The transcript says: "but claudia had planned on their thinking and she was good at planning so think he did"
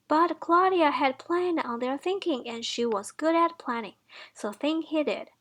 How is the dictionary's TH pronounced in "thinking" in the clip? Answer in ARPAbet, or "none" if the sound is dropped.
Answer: TH